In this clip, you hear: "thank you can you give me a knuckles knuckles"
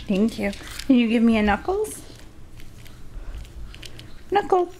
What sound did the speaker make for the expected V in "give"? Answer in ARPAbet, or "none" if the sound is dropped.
V